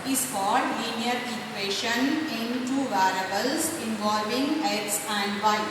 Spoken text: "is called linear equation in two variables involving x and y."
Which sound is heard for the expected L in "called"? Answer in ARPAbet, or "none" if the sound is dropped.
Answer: none